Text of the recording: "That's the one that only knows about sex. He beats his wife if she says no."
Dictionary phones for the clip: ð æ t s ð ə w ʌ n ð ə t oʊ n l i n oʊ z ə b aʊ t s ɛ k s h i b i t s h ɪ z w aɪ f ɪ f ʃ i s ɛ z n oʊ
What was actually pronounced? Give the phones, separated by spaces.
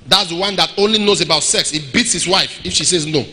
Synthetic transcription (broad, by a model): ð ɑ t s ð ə w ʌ n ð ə t oʊ n l i n oʊ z ə b aʊ t s ɛ k s h i b i t s h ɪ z w aɪ f ɪ f ʃ i s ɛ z n oʊ